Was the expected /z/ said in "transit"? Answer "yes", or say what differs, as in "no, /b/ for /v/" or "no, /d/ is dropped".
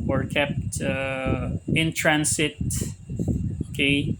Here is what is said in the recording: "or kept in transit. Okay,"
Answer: no, /s/ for /z/